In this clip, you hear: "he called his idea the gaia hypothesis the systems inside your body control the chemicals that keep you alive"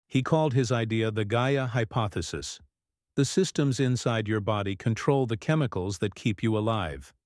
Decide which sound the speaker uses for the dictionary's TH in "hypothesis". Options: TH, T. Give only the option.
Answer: TH